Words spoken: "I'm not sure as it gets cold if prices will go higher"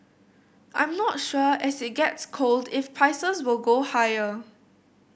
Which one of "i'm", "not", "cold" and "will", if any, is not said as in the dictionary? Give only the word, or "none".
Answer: none